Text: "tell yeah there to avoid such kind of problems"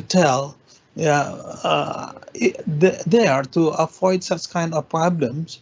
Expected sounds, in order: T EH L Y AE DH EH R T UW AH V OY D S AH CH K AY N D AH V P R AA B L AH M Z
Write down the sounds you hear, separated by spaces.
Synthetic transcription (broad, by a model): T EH L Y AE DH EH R T UW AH F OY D S AH CH K AY N D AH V P R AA B L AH M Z